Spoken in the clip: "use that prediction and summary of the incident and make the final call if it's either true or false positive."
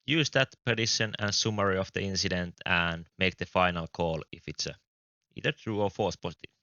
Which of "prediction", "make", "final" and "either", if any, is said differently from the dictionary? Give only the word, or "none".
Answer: prediction